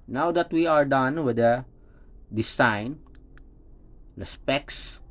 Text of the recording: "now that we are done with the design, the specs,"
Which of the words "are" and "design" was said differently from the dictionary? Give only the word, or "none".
design